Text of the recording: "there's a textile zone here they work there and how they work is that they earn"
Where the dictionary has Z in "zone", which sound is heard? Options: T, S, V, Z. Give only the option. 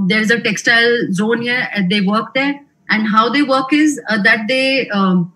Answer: Z